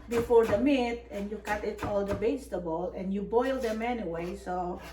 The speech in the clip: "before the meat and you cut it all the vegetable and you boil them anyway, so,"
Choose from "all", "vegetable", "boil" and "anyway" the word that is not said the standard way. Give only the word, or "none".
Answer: vegetable